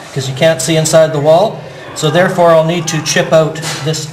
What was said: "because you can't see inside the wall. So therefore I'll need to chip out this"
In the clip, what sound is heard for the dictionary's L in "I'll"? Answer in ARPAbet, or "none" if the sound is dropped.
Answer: L